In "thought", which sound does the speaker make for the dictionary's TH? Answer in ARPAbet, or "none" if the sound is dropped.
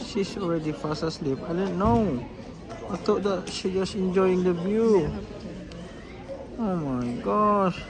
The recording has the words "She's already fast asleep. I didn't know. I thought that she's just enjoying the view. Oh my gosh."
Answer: T